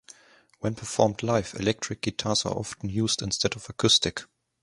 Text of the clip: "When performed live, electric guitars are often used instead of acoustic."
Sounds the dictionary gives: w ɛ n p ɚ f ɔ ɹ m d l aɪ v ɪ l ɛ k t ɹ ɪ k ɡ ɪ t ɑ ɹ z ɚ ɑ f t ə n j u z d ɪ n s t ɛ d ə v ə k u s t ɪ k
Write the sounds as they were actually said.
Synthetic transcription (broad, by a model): w ɛ n p ɚ f ɔ ɹ m d l aɪ f ɪ l ɛ k t ɹ ɪ k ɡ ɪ t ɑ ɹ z ɚ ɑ f t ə n j u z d ɪ n s t ɛ d ə v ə k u s t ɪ k